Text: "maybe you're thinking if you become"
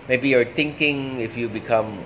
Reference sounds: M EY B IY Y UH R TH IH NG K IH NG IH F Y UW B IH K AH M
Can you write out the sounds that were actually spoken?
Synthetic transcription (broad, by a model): M EY B IY Y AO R T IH NG K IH NG IH F Y UW B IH K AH M